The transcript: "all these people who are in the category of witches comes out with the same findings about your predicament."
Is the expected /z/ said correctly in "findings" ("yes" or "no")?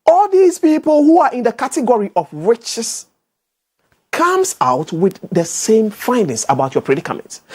no